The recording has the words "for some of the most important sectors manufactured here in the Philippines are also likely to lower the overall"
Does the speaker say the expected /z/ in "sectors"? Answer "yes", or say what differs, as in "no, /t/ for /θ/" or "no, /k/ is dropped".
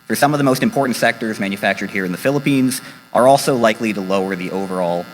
yes